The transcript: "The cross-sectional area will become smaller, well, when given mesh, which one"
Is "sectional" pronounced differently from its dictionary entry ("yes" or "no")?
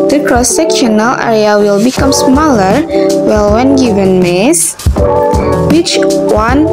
no